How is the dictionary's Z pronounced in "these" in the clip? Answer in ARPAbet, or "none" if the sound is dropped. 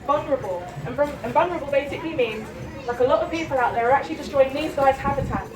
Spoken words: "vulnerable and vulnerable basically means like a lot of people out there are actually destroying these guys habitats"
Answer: Z